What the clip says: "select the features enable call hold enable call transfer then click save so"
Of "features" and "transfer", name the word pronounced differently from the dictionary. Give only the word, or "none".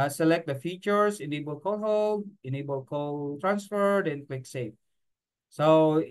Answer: features